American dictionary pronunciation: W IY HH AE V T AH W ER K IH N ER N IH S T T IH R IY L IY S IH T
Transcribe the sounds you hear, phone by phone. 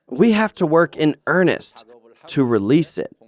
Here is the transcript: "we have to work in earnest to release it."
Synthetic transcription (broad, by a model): W IY HH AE F T AH W ER K IH N ER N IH S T T IH R IY L IY S IH T